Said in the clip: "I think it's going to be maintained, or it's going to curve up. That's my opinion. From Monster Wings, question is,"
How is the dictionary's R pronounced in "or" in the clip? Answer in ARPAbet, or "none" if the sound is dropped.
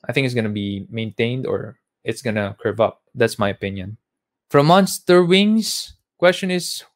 R